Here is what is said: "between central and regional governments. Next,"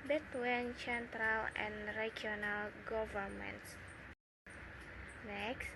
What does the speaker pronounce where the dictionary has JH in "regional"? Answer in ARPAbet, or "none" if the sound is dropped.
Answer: none